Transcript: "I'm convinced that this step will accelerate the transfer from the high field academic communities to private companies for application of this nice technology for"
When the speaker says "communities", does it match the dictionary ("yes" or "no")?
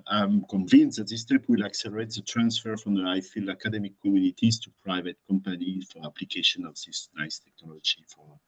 no